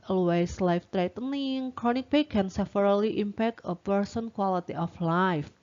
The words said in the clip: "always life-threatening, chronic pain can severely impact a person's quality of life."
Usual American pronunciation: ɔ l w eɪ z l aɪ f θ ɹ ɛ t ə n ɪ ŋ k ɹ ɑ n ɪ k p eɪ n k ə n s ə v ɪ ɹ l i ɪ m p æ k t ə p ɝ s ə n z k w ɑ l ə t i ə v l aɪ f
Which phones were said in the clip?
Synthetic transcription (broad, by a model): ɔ l w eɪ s l aɪ f t ɹ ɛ t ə n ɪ ŋ k ɹ ɑ n ɪ k b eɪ k ə n s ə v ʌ ɹ l i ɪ m p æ k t ə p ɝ s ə n k w ɑ l ə t i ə f l aɪ f